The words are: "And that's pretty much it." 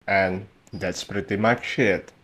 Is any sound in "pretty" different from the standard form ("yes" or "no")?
no